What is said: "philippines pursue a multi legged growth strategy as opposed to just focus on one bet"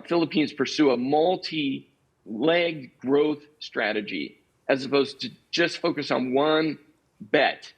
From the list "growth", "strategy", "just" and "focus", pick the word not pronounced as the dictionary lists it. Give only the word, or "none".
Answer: none